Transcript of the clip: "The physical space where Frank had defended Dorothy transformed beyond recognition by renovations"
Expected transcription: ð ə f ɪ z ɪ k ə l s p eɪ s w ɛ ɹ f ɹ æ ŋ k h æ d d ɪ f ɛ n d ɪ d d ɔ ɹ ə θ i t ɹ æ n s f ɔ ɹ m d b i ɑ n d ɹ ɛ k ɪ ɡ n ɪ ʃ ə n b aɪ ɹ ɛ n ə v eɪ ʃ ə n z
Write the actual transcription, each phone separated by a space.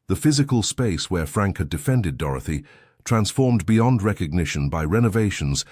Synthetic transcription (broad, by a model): ð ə f ɪ z ɪ k ə l s p eɪ s w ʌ ɹ f ɹ æ ŋ k h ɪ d d ɪ f ɛ n d ɪ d d ɔ ɹ ə θ i t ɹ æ n s f ɔ ɹ m b i ɑ n d ɹ ɛ k ɪ ɡ n ɪ ʃ ə n b aɪ ɹ ɛ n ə v eɪ ʃ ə n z